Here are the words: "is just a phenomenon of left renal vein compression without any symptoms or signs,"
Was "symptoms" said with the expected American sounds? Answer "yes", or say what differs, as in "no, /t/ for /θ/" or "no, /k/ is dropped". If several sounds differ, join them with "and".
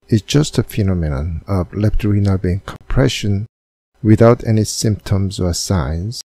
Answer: yes